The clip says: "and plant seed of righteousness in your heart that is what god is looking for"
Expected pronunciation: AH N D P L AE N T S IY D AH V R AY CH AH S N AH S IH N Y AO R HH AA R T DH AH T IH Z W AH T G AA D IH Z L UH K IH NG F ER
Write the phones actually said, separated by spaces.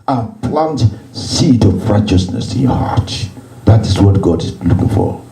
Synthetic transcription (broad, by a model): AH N P L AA N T S IY D AH V R AY CH AH S N AH S IH N Y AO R HH AA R T DH AH T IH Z W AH T G AA D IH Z L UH K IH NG F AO